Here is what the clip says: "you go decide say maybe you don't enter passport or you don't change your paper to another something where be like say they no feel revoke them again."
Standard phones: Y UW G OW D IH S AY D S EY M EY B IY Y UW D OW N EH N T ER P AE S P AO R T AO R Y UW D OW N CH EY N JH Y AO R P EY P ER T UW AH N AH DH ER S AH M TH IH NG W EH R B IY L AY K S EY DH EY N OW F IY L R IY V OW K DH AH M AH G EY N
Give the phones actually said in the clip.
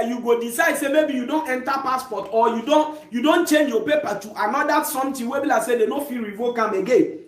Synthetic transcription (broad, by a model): Y UW G OW D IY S AY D S EY M EY B IY Y UW D OW N EH N T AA P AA S P AO T AO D Y UW D OW N CH EY N JH Y AO P EY P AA T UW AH N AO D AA S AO M T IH W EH B IY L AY S EY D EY N OW F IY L R IY V OW K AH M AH G EY N